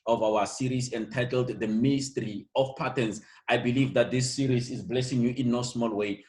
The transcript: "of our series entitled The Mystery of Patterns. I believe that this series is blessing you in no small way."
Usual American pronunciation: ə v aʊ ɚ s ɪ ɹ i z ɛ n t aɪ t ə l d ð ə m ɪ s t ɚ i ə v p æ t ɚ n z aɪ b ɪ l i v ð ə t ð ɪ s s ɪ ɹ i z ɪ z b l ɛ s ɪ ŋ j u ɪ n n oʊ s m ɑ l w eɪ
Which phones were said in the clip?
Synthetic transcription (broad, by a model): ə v aʊ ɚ s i ɹ i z ɛ n t aɪ t ə l d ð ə m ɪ s t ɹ i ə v p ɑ t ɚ n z aɪ b ɪ l i v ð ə t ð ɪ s s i ɹ i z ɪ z b l ɛ s ɪ ŋ j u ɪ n n oʊ s m ɑ l w eɪ